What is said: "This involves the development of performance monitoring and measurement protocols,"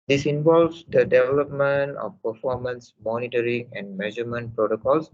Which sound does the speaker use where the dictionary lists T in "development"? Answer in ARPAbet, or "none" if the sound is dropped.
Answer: T